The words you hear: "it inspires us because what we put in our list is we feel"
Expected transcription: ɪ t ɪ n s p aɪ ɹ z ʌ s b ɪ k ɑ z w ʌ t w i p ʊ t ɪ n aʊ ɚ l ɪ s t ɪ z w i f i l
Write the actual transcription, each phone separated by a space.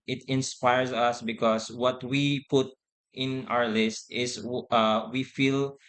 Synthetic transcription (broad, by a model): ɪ t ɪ n s p aɪ ɹ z ʌ s b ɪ k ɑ s w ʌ t w i p ʊ t ɪ n aʊ ɚ l ɪ s t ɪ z w i f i l